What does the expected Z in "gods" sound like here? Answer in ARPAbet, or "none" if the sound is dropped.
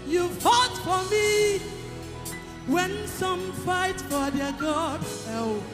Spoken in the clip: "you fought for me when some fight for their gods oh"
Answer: none